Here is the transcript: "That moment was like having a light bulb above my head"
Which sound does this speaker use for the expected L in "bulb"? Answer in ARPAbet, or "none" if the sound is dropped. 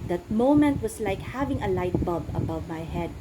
none